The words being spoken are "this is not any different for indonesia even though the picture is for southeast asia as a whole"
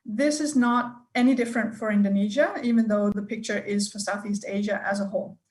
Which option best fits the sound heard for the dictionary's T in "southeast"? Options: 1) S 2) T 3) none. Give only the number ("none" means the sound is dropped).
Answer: 2